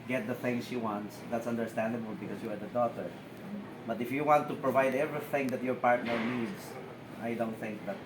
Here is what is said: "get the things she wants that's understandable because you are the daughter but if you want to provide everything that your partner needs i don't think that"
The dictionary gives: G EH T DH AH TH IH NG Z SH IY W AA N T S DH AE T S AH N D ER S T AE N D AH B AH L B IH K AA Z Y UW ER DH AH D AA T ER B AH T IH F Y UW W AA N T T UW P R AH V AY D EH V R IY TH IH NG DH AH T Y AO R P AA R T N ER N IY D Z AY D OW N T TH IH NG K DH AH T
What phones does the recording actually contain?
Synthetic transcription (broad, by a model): G EH T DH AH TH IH NG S SH IY W AA N T S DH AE T S AH N D ER S T AE N D AH B AH L B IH K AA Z Y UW ER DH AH D AA T ER B AH T IH F Y UW W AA N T T UW P R AH V AY D EH V R IY TH IH NG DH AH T Y AO R P AA R T N ER N IY D S AY D OW N T TH IH NG K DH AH T